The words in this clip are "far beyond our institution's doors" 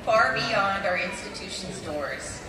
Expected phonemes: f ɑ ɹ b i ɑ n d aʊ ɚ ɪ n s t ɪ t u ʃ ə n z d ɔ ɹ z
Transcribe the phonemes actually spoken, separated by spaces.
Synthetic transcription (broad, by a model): f ɑ ɹ b i ɑ n d aʊ ɚ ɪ n s t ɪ t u ʃ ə n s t ɔ ɹ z